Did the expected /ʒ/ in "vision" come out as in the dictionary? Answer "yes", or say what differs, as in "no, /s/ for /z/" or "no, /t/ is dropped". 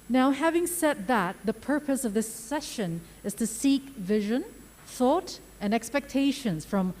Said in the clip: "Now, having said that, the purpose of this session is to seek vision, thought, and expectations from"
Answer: yes